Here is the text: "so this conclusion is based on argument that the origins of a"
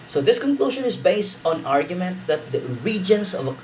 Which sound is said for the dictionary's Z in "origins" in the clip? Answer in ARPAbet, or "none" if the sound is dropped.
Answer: S